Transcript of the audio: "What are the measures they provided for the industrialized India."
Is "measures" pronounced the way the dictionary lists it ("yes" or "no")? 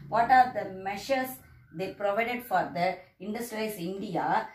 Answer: no